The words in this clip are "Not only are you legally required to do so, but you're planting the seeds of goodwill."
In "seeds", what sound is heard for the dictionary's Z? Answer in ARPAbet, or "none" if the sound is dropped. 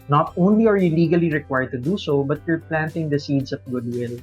S